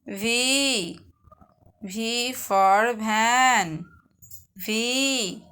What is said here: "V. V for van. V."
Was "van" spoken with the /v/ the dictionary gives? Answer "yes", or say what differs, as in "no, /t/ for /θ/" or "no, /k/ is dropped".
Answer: no, /b/ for /v/